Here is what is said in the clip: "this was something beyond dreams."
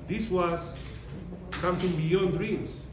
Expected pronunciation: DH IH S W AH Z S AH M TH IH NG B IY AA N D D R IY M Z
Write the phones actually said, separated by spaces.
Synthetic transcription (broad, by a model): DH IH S W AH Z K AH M T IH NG B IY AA N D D R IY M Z